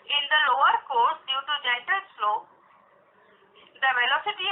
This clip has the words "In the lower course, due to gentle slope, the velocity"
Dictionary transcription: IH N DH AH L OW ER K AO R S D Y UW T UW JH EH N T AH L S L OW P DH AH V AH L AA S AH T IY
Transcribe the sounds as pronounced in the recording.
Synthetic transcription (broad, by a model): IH N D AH L OW ER K AO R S D Y UW T UW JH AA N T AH N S L OW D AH V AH L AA S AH T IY